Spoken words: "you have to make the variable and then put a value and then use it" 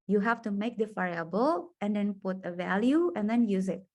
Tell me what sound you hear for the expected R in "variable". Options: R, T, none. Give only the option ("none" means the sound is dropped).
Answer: none